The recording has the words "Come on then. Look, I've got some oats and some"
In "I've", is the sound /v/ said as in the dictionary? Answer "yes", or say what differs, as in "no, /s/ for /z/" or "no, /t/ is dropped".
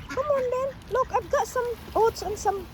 no, /p/ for /v/